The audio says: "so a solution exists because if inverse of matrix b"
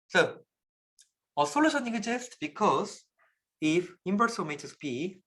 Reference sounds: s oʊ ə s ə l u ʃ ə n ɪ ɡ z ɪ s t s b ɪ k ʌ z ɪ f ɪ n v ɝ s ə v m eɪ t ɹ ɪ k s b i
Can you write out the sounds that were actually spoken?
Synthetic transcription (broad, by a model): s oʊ ə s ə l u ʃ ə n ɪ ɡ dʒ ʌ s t b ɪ k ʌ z ɪ f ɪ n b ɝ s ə m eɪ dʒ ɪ s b i